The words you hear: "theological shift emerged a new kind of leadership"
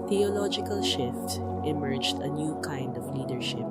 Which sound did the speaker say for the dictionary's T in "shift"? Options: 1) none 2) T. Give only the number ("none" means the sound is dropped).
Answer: 2